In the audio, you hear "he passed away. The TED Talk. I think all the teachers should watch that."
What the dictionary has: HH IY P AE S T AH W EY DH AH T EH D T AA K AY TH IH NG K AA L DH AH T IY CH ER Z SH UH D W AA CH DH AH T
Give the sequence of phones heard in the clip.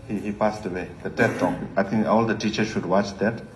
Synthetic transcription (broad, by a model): HH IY P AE S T AH W EY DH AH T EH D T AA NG AY T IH NG K AA L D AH T IY CH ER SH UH D W AA CH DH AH T